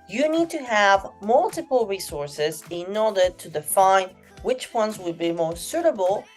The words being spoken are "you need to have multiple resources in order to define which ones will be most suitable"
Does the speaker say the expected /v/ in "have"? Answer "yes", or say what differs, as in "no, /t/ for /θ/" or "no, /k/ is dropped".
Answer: yes